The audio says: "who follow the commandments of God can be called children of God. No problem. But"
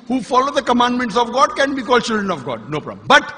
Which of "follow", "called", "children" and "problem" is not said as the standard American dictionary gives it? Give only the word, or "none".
problem